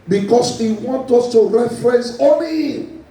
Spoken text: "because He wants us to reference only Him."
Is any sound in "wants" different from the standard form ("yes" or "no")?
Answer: yes